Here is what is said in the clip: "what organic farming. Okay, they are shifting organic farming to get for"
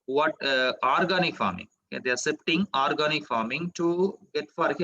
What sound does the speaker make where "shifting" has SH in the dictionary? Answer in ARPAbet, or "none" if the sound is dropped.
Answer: S